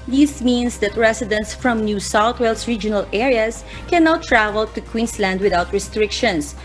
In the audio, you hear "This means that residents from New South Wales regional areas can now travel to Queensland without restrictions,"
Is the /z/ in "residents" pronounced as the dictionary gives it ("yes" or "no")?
no